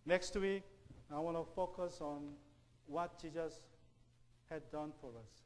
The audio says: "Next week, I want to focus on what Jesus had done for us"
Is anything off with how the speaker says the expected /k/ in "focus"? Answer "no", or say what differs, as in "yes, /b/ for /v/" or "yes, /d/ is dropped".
no